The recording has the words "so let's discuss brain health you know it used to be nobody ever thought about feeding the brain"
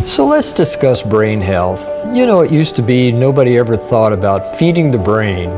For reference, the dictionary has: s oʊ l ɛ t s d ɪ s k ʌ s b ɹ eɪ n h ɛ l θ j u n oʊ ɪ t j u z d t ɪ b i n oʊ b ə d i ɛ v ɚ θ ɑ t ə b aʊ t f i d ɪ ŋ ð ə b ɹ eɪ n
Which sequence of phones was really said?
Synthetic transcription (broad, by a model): s oʊ l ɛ t s d ɪ s k ʌ s b ɹ eɪ n h ɛ l θ j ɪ n oʊ ɪ t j u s t ɪ b i n oʊ b ə d i ɛ v ɚ θ ɑ t ə b aʊ t f i d ɪ ŋ ð ə b ɹ eɪ n